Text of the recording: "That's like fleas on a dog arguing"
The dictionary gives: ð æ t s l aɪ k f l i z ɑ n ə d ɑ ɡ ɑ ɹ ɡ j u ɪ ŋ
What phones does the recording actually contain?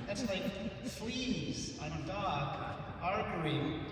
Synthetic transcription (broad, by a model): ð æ t s l aɪ k f l i z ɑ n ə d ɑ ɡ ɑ ɹ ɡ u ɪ